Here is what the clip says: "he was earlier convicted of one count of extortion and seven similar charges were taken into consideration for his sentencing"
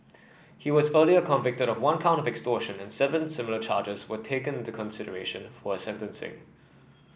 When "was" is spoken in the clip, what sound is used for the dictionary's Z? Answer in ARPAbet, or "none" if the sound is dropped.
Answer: Z